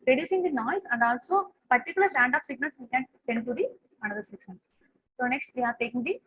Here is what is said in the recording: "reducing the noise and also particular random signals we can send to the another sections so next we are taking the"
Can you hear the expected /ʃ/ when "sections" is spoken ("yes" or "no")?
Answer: no